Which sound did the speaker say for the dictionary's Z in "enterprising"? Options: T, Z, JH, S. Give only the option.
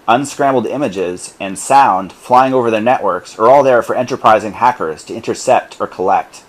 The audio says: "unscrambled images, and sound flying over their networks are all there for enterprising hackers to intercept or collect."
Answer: Z